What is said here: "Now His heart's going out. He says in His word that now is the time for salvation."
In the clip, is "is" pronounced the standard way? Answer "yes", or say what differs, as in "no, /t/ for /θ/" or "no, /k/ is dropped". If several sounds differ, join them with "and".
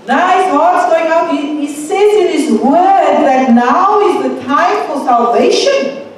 yes